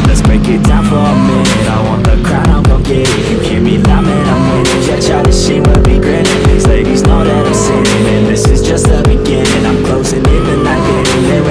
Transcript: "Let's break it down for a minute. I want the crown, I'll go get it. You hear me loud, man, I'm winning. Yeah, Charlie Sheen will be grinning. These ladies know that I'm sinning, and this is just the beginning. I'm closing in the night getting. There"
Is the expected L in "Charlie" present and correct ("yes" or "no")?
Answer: no